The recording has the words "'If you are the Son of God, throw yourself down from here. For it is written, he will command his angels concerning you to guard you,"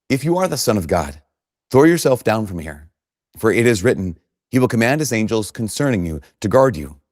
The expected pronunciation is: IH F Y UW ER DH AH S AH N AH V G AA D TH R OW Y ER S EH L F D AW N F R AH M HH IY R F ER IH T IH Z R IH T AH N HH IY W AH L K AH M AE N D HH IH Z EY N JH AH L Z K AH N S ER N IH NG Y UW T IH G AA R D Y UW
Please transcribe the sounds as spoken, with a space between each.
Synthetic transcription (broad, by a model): IH F Y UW ER DH AH S AH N AH V G AA D TH R OW Y ER S EH L F D AW N F R AH M HH IY R F ER IH T IH Z R IH T N HH IY W AH L K AH M AE N D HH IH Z EY N JH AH L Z K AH N S ER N IH NG Y UW T IH G AA R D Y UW